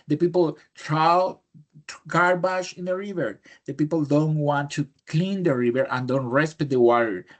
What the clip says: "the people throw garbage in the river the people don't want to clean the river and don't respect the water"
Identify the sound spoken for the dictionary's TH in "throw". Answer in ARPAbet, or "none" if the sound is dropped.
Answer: T